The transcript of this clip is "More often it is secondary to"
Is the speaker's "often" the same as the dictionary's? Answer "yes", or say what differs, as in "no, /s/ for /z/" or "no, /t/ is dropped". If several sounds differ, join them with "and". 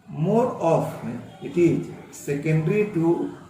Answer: no, /n/ is dropped